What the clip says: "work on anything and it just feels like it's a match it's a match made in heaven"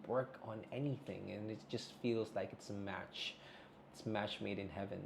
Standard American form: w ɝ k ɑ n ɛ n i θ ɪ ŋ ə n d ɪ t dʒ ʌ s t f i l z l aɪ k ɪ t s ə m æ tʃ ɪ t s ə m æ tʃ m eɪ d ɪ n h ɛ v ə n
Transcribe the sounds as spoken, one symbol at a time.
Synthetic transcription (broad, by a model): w ɝ k n ɛ n i θ ɪ ŋ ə n ɪ t dʒ ʌ s t f i l z l aɪ k ɪ t s ə m æ tʃ ɪ t s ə m æ tʃ m eɪ d ɪ n h ɛ v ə n